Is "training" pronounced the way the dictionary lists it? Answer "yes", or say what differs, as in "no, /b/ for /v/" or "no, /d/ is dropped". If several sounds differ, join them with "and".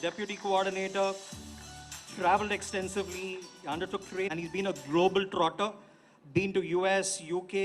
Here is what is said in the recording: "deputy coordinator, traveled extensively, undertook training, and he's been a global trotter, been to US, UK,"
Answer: no, /n/ is dropped